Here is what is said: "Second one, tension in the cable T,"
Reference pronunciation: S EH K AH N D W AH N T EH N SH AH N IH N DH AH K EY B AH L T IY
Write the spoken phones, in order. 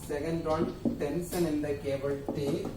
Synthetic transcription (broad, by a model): S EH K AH N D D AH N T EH N S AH N IH N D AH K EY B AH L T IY